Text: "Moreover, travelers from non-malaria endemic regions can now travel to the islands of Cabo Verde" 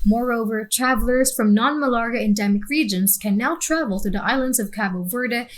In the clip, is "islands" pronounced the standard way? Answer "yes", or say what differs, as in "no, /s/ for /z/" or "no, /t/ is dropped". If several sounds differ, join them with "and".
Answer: yes